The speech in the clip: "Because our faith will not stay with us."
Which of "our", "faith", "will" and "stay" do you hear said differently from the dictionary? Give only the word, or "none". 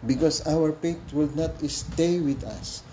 faith